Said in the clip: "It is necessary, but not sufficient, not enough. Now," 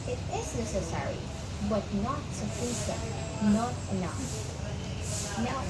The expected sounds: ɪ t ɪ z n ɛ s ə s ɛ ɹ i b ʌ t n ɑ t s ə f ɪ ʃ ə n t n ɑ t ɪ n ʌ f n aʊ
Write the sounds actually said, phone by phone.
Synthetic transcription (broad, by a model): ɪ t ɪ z n ɛ s ə s ɛ ɹ i b ʌ t n ɑ t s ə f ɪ s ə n n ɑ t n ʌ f n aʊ